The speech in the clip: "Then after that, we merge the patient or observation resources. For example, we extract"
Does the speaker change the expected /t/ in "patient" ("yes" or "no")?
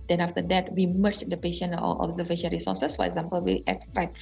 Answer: yes